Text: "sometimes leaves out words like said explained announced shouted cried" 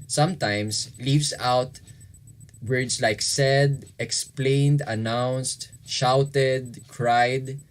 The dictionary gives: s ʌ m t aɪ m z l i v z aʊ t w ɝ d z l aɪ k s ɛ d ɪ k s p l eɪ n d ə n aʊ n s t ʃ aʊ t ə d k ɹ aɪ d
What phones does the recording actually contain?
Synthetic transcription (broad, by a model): s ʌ m t aɪ m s l i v s aʊ t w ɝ d s l aɪ k s ɛ d ɪ k s p l eɪ n d ə n aʊ n s t ʃ aʊ t ə d k ɹ aɪ d